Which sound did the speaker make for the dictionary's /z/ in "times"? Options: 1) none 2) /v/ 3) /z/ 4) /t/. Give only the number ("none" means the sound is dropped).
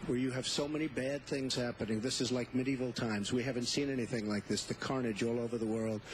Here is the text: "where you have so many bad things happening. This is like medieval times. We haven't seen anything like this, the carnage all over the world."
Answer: 3